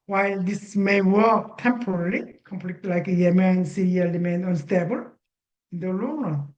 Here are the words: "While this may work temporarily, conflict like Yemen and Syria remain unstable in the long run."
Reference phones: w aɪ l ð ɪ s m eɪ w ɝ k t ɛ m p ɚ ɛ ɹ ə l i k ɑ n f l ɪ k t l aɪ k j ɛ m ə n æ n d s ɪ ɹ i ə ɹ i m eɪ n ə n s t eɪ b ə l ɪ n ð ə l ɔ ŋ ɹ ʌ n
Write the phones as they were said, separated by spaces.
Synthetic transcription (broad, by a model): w aɪ l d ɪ s m eɪ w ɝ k t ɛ m p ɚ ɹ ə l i k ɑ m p l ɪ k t l aɪ k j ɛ m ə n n s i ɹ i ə l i m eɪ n ə n s t eɪ b ə l ɪ n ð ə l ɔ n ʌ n